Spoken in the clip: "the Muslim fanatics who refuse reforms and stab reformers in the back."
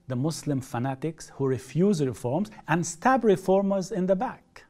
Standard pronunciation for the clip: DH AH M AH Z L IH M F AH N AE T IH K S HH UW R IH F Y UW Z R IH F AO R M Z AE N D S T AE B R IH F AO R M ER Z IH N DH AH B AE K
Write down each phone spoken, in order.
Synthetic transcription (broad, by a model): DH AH M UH S L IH M F AH N AE T IH K S HH UW R IH F Y UW Z R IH F AO R M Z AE N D S T AE B R IH F AO R M ER Z IH N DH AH B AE K